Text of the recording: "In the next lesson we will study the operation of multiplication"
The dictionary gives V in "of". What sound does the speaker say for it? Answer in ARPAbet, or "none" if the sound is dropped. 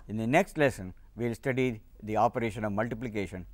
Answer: V